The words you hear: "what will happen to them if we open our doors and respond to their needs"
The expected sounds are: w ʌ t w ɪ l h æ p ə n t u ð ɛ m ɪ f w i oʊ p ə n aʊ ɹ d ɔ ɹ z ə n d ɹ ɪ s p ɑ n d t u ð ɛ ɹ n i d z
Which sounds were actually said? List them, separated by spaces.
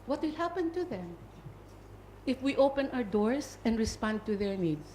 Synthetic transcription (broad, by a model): w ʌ t w ɪ l h æ p ə n t u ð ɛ m ɪ f w i oʊ p ə n aʊ ɹ d ɔ ɹ s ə n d ɹ ɪ s p ɑ n d t u ð ɛ ɹ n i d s